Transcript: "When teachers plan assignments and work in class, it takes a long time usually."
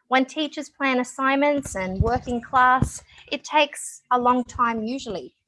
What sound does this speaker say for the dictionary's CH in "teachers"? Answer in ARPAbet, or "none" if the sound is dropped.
CH